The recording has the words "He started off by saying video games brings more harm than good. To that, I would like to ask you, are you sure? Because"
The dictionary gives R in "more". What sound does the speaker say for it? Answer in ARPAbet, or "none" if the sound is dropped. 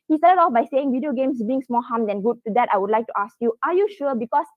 L